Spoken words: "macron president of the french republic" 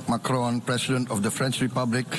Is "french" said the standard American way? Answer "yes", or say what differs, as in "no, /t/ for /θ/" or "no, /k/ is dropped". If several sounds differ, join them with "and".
yes